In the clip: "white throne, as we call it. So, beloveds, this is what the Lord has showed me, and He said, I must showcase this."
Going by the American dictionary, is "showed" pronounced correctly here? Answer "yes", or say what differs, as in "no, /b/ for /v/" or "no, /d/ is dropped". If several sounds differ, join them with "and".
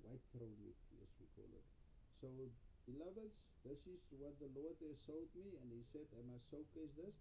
no, /s/ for /ʃ/